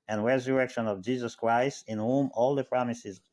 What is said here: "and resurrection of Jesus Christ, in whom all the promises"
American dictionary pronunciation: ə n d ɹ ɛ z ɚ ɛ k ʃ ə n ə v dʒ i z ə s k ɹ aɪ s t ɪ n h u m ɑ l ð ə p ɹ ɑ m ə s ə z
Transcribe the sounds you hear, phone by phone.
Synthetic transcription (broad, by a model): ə n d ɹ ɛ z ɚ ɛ k ʃ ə n ə v dʒ i z ə s k ɹ aɪ s t ɪ n h u m ɑ l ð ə p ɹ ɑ m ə s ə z